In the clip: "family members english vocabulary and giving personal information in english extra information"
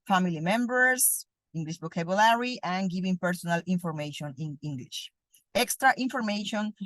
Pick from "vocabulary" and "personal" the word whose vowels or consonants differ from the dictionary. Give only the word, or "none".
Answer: vocabulary